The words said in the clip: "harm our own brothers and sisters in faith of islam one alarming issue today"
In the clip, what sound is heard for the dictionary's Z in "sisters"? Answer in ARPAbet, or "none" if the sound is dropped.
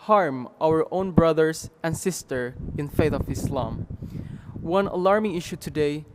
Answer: none